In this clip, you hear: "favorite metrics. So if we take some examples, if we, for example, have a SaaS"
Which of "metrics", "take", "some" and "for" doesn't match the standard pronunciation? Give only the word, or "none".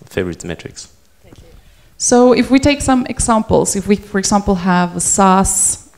none